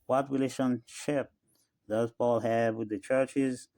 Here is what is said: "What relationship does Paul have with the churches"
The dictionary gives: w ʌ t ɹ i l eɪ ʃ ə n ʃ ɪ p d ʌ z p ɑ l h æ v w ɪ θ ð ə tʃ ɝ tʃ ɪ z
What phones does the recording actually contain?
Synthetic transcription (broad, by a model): w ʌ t ɹ i l eɪ ʃ ə n ʃ ɪ p d ʌ z p ɑ l h æ v w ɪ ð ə tʃ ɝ tʃ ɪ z